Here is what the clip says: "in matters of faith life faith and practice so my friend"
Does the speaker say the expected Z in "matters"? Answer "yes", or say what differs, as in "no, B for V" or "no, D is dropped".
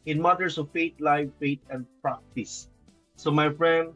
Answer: no, S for Z